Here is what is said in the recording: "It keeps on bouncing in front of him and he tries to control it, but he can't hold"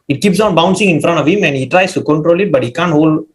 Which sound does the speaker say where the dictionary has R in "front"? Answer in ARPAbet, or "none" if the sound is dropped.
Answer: R